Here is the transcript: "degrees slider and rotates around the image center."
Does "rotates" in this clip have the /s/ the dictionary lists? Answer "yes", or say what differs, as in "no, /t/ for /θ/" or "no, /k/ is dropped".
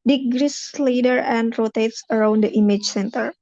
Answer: yes